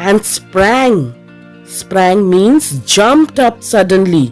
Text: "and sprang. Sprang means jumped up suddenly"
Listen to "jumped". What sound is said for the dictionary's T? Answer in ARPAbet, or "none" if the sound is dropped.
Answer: T